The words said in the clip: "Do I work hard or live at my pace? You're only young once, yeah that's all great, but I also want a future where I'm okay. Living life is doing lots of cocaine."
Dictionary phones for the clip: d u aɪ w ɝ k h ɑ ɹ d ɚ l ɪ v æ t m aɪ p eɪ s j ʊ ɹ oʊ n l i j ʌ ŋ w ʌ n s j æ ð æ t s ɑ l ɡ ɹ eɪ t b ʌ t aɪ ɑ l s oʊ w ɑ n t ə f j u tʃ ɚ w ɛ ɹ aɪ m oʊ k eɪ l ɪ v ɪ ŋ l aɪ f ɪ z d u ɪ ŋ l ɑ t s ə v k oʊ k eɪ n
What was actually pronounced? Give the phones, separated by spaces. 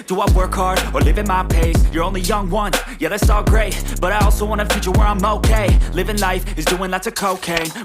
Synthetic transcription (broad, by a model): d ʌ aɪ w ɝ k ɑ ɹ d ɚ l ɪ v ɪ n m aɪ p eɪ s j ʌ ɹ oʊ n l i j ʌ ŋ w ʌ n j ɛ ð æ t s ɑ l ɡ ɹ eɪ t b ʌ t aɪ ɑ l s oʊ w ɑ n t ə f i tʃ ɚ w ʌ ɹ aɪ m oʊ k eɪ l ɪ v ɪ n l aɪ f ɪ z d u ɪ ŋ l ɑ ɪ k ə k oʊ k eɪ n